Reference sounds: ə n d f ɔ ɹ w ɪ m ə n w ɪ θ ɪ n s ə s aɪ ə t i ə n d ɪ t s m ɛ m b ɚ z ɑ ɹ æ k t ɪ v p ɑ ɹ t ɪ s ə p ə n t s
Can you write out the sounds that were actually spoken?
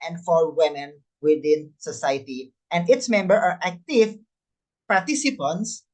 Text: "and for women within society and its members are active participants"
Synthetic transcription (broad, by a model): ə n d f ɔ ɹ w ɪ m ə n w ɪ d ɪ n s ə s aɪ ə t i ə n d ɪ t s m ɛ m b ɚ ɑ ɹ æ k t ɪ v p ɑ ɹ t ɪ s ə p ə n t s